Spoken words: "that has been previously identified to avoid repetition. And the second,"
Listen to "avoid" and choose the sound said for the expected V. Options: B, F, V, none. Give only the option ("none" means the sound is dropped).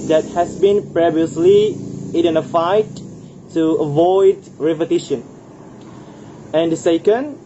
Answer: V